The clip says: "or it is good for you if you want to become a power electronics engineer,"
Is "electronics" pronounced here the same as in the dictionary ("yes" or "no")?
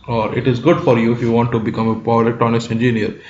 no